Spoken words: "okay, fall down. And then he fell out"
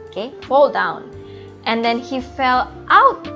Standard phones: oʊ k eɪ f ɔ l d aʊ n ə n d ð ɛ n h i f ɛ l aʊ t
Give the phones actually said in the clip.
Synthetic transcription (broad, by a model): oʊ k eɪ f ɔ l d aʊ n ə n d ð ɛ n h i f ɛ l aʊ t